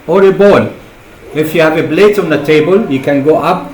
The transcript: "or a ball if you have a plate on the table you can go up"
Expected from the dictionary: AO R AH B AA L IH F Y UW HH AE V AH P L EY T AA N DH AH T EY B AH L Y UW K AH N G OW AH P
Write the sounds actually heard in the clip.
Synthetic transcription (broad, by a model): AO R AH B AA L IH F Y UW HH AE V AH B L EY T AA N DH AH T EY B AH L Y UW K AH N G OW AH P